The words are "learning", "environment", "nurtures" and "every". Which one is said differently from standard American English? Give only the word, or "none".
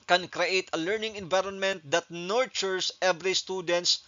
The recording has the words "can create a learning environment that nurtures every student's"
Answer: nurtures